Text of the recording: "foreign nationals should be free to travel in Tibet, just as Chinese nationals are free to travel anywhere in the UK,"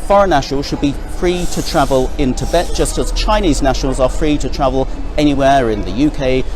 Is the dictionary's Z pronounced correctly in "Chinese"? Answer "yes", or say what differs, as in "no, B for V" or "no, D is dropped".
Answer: yes